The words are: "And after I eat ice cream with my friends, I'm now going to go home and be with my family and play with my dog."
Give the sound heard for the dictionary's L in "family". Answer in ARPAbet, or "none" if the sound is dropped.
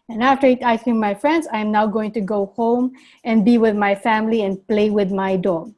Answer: L